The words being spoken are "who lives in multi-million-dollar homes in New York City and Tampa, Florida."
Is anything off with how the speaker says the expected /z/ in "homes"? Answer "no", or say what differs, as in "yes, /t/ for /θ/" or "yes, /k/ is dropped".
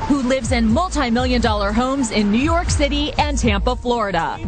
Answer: no